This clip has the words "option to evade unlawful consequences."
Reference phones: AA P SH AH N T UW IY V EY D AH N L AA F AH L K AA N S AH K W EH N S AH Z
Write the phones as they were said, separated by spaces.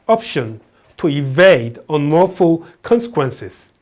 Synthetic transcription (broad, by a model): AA P SH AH N T UW IY V EY D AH N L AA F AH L K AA N S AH K W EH N S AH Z